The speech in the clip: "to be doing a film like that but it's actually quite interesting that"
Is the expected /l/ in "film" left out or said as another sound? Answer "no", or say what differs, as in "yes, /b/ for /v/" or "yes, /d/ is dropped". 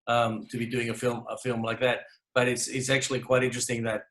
no